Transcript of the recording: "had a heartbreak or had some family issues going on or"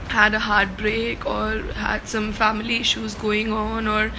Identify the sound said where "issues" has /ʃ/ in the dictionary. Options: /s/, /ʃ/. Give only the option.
/ʃ/